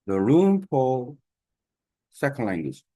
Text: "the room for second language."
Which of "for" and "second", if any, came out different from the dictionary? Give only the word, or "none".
for